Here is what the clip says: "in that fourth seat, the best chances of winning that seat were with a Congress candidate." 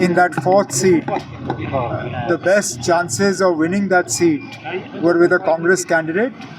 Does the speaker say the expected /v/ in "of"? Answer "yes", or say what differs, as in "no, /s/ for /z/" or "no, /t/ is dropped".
yes